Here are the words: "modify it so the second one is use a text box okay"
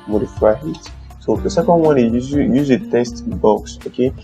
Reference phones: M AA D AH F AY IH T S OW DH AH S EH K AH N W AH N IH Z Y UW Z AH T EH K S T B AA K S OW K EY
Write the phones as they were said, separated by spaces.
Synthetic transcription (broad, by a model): M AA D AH F AY IH T S OW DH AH S EH K AH N W AH N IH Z Y UW Z AH T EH S T B AA K S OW K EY